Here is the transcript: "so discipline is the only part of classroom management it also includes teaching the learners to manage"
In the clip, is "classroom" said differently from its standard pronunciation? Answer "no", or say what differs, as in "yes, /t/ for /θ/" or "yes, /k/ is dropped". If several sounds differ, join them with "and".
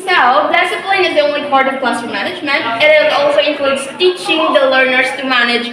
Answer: yes, /ɹ/ is dropped